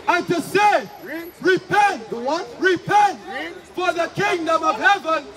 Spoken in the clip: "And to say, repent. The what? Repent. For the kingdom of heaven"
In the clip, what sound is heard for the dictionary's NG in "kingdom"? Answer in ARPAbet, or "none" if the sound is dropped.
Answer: NG